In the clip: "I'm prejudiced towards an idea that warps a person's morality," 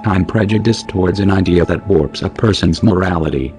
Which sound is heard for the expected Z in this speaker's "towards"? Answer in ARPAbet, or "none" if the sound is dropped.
Z